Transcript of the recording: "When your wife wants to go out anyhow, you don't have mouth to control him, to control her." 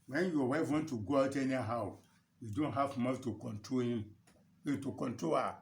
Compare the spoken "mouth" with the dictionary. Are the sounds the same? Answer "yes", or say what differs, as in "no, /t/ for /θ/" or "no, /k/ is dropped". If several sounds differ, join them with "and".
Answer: no, /f/ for /θ/